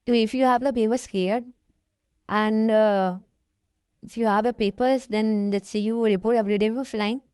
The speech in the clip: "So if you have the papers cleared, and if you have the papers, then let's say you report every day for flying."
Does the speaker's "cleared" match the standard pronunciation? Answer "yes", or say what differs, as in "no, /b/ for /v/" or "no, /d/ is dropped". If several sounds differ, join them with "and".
no, /l/ is dropped